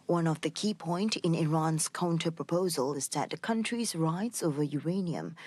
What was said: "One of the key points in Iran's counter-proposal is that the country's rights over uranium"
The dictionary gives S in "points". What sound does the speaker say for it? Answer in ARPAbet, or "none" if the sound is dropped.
none